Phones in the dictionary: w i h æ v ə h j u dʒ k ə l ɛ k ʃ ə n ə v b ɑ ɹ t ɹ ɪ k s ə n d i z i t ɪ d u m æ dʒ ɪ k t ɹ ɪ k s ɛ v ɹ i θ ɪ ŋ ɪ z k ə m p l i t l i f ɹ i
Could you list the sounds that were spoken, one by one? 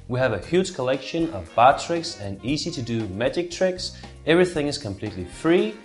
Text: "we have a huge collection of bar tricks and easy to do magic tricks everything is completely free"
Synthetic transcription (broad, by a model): w i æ v ə h j u dʒ k ə l ɛ k ʃ ə n ə v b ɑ t ɹ ɪ k s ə n i z i t ɪ d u m æ dʒ ɪ k t ɹ ɪ k s ɛ v ɹ i θ ɪ ŋ ɪ z k ə m p l i t l i f ɹ i